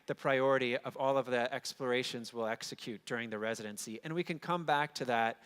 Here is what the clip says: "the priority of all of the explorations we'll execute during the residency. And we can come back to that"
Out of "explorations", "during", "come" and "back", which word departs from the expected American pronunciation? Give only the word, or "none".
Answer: none